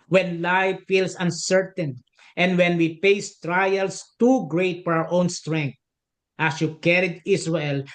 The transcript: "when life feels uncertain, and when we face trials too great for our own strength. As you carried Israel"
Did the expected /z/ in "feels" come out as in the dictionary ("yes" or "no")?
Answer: no